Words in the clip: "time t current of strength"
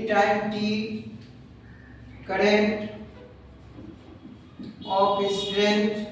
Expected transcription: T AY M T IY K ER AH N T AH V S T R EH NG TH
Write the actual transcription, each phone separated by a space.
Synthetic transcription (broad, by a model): T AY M T IY K ER AH N T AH P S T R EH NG